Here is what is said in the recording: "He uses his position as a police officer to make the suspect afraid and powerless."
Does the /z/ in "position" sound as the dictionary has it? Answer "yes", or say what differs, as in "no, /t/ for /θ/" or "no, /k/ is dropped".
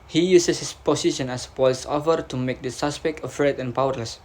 no, /s/ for /z/